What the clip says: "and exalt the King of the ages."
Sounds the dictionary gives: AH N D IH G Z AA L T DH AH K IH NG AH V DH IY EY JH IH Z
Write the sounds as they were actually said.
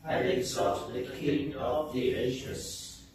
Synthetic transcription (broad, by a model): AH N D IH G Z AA T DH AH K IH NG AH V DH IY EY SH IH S